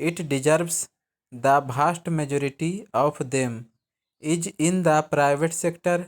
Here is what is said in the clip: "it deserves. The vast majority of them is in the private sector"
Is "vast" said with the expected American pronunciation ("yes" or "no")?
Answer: no